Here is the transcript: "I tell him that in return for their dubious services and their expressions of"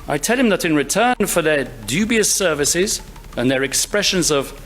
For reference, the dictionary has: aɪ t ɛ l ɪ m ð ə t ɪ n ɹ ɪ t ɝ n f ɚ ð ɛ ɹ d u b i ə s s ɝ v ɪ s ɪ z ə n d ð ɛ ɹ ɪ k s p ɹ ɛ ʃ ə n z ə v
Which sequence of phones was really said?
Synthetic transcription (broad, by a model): aɪ t ɛ l ɪ m ð ə t ɪ n ɹ ɪ t ɝ n f ɚ ð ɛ ɹ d u b i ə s s ɝ v ɪ s ɪ z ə n ð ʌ ɹ ɪ k s p ɹ ɛ ʃ ə n z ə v